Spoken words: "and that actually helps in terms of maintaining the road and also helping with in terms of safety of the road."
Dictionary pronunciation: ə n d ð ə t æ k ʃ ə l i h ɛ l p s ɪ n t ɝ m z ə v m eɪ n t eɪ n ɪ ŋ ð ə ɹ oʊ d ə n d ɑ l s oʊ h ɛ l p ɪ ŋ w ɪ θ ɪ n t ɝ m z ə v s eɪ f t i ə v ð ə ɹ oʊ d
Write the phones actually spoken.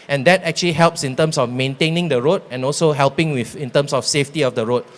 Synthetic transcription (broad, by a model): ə n d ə t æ k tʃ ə l i h ɛ l p s ɪ n t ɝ m s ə f m eɪ n t eɪ n ɪ ŋ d ə ɹ oʊ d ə n ɑ l s oʊ h ɛ l p ɪ ŋ w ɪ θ ɪ n t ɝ m s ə f s eɪ f t i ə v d ə ɹ oʊ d